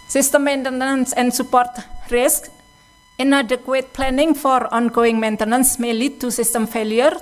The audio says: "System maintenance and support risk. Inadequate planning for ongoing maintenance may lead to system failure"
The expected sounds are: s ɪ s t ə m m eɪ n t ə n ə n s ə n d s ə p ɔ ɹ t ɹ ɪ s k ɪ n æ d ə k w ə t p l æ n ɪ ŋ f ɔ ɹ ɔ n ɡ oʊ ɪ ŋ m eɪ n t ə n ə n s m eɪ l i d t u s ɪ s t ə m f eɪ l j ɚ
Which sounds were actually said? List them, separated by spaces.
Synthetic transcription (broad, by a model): s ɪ s t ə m m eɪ n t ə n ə n s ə n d s ə p ɔ ɹ t ɹ ɪ s k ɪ n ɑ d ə k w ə t p l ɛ n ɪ ŋ f ɔ ɹ ɔ n ɡ oʊ ɪ ŋ m eɪ n t ə n ə n s m eɪ l i d t u s ɪ s t ə m f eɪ l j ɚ